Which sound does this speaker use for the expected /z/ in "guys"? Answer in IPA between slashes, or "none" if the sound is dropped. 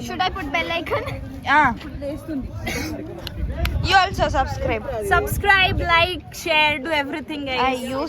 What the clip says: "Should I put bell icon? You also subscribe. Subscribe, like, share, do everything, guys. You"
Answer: none